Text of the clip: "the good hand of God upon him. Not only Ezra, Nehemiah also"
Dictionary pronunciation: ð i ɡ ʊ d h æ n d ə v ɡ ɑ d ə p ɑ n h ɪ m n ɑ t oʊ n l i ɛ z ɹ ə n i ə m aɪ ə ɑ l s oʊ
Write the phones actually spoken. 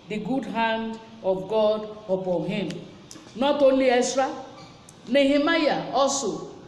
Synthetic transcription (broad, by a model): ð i ɡ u d h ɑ n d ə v ɡ ɑ d ə p ɑ n h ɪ m n ɑ t oʊ n l i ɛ s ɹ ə n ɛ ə m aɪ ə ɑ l s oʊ